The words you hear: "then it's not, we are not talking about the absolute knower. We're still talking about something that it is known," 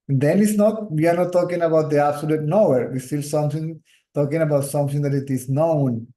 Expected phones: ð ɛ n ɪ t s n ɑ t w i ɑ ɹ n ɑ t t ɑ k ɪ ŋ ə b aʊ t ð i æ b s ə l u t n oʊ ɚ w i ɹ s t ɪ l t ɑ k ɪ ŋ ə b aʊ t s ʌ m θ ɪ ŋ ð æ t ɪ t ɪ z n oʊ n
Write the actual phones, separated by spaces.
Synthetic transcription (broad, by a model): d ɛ n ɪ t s n ɑ t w i ɑ ɹ n ɑ t t ɑ k ɪ ŋ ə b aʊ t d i æ b s ə l u t n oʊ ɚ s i l s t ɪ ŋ t ɑ k ɪ ŋ ə b aʊ t s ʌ m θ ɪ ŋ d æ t ɪ t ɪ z n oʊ n